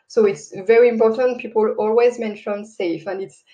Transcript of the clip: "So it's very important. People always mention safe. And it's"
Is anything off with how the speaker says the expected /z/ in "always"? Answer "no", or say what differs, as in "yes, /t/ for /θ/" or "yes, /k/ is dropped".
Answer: no